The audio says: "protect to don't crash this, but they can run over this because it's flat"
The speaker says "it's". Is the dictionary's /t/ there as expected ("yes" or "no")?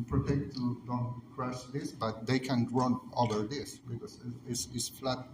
no